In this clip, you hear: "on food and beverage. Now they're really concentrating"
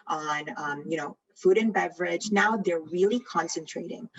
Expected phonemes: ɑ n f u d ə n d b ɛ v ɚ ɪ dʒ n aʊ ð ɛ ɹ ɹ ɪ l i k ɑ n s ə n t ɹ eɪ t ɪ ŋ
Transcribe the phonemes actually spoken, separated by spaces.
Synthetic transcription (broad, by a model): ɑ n f u d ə n b ɛ v ɚ ɪ dʒ n aʊ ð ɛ ɹ ɹ ɪ l i k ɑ n s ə n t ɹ eɪ t ɪ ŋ